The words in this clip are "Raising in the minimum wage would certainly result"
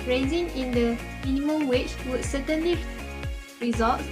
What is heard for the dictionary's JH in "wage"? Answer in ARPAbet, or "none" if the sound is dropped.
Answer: CH